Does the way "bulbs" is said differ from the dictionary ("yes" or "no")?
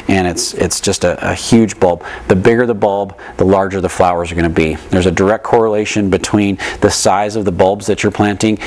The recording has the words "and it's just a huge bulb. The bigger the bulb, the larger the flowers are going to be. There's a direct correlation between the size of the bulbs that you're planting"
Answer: no